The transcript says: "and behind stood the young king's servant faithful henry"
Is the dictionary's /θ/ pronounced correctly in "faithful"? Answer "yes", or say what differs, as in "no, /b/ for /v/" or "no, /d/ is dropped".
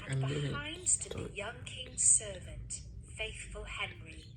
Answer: yes